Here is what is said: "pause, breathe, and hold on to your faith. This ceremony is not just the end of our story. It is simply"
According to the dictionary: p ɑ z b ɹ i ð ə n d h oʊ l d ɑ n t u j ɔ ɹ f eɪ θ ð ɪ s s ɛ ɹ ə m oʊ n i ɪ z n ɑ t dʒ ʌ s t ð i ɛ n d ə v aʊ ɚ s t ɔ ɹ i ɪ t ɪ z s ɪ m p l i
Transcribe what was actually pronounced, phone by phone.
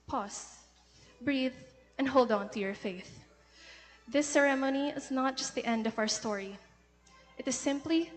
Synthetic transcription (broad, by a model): p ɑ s b ɹ i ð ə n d h oʊ l d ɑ n t u j ɔ ɹ f eɪ θ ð ɪ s s ɛ ɹ ə m oʊ n i ɪ z n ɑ t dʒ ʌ s t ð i ɛ n d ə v aʊ ɚ s t ɔ ɹ i ɪ t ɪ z s ɪ m p l i